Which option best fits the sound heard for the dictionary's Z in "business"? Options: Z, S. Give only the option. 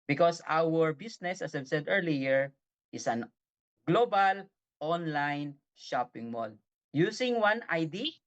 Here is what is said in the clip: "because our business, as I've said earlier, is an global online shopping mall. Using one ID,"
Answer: S